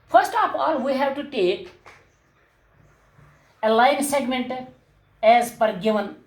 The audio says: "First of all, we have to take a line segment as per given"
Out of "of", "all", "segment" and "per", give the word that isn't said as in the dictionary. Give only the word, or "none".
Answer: of